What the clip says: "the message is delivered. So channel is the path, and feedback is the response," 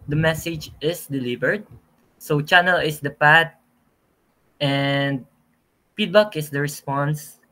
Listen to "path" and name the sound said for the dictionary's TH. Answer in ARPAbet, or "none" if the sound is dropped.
T